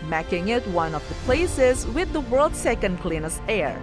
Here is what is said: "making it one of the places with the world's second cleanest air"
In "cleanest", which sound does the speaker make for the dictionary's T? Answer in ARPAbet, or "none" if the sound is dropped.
none